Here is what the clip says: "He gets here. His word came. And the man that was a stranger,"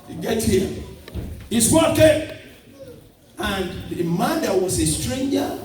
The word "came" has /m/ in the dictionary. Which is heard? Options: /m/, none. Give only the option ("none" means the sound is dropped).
none